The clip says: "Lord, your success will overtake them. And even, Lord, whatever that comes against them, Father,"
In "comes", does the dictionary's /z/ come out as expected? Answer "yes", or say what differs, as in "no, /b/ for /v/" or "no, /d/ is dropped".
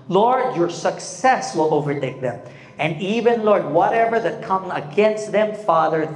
no, /z/ is dropped